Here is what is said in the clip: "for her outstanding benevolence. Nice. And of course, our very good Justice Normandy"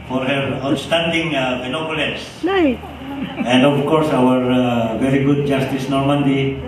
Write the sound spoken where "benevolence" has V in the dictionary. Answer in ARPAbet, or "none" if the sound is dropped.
B